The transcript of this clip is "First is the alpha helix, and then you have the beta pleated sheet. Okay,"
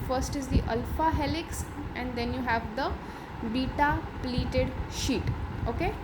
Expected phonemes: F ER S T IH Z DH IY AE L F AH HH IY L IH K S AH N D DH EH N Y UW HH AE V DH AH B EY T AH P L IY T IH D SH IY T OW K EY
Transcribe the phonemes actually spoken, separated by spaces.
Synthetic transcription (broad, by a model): F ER S T IH Z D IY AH L F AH HH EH L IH K S AH N D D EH N Y UW HH AE V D AH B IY T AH P L IY T IH D SH IY T OW K EY